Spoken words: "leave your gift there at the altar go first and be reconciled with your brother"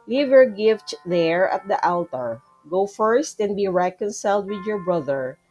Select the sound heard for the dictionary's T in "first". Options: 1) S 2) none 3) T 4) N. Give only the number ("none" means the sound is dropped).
3